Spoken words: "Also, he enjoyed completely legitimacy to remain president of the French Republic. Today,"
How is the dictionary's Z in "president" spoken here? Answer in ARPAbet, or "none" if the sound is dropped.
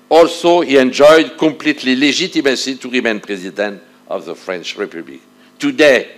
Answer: Z